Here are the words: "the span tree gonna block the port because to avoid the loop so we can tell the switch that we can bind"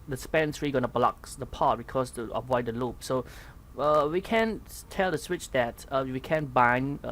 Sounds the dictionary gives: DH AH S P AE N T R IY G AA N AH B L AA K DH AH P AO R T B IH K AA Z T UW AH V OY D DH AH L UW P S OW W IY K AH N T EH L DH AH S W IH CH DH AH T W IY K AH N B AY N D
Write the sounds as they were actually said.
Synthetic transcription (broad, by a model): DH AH S P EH N S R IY G AA N AH B L AA K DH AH P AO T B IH K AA S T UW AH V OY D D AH L UW P S OW W IY K AH N T EH L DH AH S W IH CH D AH T W IY K AH N B AY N